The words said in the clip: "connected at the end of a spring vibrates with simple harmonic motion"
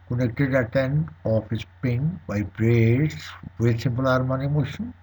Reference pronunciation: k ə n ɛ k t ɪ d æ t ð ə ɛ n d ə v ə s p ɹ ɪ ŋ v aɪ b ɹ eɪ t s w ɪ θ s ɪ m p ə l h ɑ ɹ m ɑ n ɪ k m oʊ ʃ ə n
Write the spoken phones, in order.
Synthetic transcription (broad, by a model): k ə n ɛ k t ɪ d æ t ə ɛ n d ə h ə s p ɪ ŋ b aɪ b ɹ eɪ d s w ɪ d s ɪ m p ə l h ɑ ɹ m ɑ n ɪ m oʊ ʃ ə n